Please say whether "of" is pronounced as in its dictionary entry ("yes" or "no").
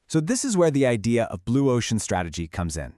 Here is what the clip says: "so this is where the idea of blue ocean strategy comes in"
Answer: yes